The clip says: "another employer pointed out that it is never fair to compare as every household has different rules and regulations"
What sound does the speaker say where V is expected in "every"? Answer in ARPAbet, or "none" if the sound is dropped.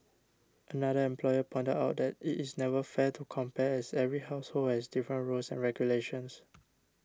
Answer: V